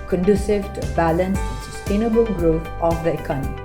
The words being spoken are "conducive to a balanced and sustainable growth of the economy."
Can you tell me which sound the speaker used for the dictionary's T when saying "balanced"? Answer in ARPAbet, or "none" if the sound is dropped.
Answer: none